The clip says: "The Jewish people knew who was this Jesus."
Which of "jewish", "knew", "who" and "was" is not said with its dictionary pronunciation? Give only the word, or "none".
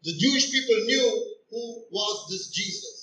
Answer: none